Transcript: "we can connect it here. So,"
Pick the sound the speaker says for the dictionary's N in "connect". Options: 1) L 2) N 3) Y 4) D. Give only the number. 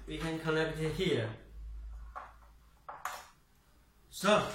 1